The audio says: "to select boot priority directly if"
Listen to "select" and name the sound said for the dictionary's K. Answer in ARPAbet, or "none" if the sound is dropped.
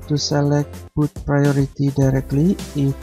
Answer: K